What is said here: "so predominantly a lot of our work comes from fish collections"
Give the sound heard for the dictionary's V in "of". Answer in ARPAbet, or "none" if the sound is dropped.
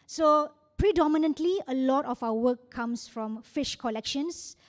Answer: F